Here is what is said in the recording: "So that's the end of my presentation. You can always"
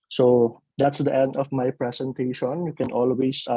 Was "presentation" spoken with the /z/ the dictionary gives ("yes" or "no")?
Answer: no